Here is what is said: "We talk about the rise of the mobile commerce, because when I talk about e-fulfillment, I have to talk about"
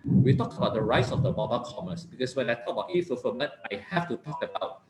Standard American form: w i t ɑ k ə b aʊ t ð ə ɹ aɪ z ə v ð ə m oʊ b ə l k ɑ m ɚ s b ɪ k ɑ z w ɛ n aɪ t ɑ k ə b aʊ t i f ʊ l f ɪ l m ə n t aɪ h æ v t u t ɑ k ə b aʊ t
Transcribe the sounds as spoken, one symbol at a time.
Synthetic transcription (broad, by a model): w i t ɑ k ə b aʊ t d ə ɹ aɪ s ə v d ə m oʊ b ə k ɑ m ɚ s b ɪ k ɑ s w ɛ n aɪ t ɑ k ə b aʊ t i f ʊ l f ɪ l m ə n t aɪ h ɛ f t u t ɑ k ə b aʊ t